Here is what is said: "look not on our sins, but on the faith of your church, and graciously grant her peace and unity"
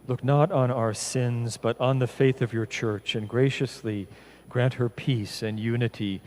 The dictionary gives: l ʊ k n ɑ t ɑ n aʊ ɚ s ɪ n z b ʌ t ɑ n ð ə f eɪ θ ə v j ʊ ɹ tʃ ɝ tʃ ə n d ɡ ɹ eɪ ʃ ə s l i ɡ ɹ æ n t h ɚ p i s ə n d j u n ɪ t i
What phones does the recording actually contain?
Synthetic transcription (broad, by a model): l ʊ k n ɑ t n aʊ ɚ s ɪ n z b ʌ t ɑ n ð ə f eɪ θ ə v j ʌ ɹ tʃ ɝ tʃ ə n ɡ ɹ eɪ ʃ ə s l i ɡ ɹ æ n t h ɚ p i s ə n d j u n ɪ t i